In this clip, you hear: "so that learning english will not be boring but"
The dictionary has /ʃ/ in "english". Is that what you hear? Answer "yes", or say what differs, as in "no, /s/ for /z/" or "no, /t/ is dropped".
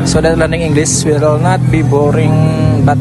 no, /s/ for /ʃ/